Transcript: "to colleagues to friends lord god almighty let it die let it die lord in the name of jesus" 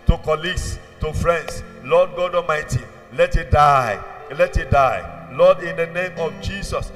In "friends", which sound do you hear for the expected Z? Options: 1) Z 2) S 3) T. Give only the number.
2